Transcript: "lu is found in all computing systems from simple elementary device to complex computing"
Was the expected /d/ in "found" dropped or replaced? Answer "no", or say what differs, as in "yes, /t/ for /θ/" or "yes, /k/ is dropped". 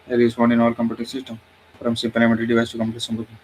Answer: yes, /d/ is dropped